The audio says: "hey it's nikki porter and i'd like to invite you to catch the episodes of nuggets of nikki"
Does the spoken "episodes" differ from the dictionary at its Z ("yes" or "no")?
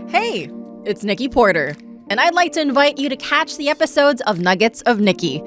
no